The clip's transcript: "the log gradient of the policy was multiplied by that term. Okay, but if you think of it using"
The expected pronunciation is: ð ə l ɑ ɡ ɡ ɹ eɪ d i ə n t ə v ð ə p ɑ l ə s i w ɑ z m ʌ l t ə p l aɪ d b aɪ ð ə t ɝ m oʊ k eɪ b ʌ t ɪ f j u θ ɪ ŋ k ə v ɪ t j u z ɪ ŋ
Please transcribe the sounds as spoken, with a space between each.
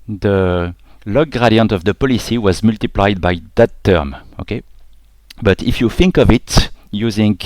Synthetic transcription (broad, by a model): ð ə l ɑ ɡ ɡ ɹ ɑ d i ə n t ə v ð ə p ɑ l ə s i w ɑ z m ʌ l t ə p l aɪ d b aɪ ð ə t ɝ m oʊ k eɪ b ʌ t ɪ f j u θ ɪ ŋ k ə v ɪ t j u z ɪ ŋ